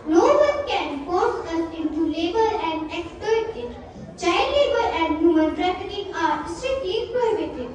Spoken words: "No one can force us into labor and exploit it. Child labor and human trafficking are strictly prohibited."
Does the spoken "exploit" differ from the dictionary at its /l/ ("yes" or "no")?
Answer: yes